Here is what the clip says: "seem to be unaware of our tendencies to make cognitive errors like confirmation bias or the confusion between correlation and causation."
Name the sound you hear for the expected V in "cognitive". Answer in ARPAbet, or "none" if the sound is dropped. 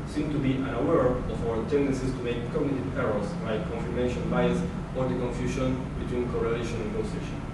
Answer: P